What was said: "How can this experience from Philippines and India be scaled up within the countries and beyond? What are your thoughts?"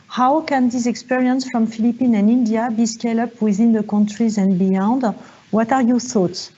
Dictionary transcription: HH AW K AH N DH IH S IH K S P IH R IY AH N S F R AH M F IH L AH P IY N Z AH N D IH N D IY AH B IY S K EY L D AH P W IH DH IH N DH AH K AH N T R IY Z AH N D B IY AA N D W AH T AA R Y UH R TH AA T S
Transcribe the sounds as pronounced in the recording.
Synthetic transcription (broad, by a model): HH AW K AH N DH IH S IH K S P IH R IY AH N S F R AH M F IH L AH P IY N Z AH N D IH N D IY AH B IY S K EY L AH P W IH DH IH N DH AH K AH N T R IY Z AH N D B IY AA N D W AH T AA R Y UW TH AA T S